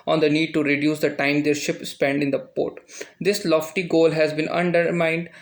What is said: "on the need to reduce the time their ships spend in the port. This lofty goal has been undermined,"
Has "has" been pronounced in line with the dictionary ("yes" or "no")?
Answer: yes